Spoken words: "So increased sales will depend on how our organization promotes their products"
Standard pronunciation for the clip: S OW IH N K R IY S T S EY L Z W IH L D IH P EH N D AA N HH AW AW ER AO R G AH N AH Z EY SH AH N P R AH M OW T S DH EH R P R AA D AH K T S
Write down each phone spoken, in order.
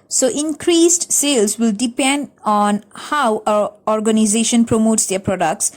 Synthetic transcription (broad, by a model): S OW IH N K R IY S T S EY L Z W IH L D IH P EH N D AA N HH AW AW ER AO R G AH N AH Z EY SH AH N P R AH M OW T S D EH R P R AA D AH K T S